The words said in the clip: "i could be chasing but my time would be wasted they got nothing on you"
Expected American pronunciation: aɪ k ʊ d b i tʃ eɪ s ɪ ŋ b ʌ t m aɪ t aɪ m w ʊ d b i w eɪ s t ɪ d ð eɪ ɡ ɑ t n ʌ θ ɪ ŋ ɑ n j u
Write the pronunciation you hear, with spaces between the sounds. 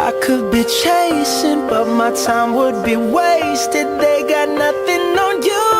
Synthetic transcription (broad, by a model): aɪ k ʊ d b i tʃ eɪ s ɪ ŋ b ʌ t m aɪ t aɪ m w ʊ d b i w eɪ s t ɪ d ð eɪ ɡ ɑ t n ʌ θ ɪ ŋ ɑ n j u